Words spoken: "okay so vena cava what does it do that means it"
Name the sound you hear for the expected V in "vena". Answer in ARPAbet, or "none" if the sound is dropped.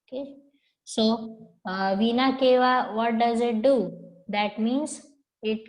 V